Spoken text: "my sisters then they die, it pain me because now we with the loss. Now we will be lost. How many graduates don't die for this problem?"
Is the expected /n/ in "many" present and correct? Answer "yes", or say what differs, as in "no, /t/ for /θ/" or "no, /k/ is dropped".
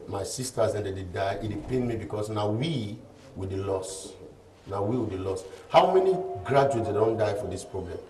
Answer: yes